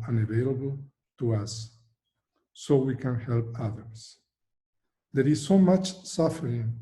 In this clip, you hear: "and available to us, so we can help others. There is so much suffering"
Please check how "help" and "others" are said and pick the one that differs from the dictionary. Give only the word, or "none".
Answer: others